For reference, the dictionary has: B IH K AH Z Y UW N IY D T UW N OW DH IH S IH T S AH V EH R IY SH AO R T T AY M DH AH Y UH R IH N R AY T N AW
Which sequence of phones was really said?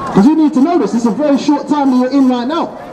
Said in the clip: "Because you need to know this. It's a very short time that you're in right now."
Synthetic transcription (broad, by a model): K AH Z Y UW N IY D T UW N OW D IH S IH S AH V EH R IY SH AO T T AY M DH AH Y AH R IH N L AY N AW